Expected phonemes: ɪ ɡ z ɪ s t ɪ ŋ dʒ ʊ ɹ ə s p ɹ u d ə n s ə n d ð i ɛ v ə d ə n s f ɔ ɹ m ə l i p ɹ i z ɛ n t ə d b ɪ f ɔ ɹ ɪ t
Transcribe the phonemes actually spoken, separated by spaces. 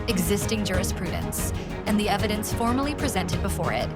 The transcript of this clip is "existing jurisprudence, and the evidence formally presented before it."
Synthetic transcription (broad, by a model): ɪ ɡ z ɪ s t ɪ ŋ dʒ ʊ ɹ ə s p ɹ u d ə n s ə n ð i ɛ v ə d ə n s f ɔ ɹ m ə l i p ɹ i z ɛ n t ə d b ɪ f ɔ ɹ ɪ t